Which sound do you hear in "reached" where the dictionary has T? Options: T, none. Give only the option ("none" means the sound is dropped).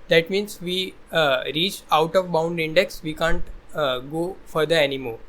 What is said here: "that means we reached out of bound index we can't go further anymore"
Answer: none